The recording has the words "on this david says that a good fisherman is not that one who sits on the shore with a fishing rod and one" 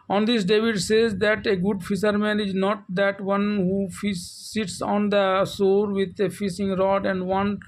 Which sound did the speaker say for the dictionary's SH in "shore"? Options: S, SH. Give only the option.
S